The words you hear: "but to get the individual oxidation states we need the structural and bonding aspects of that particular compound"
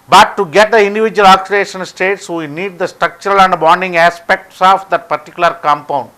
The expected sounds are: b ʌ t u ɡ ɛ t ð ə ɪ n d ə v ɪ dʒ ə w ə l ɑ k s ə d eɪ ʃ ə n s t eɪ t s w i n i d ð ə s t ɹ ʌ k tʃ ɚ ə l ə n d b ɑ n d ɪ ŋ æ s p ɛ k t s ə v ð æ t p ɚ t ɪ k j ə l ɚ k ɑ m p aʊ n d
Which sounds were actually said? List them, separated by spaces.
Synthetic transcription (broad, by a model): b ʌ t u ɡ ɛ t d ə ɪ n d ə v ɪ dʒ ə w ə l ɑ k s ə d eɪ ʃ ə n s t eɪ t s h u n i d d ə s t ɹ ʌ k tʃ ɚ ə l ə n d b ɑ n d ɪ ŋ æ s p ɛ k t s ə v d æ t p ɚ t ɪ k j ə l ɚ k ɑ m p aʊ n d